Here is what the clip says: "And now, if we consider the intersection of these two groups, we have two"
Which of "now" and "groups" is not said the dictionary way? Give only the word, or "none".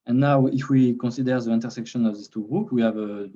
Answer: groups